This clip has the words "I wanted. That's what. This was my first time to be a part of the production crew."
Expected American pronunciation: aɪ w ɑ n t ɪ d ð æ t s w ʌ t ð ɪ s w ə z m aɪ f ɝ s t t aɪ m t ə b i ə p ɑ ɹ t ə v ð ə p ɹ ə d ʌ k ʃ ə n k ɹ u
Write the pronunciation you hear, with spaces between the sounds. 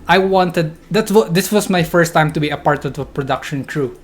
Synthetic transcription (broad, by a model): aɪ w ɑ n t ɪ d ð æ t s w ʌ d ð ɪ s w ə s m aɪ f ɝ s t t aɪ m t ə b i ə p ɑ ɹ t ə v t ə p ɹ ə d ʌ k ʃ ə n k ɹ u